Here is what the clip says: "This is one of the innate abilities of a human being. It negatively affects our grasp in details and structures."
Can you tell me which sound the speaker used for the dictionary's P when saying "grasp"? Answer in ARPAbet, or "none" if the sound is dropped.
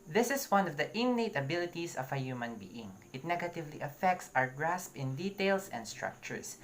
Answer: P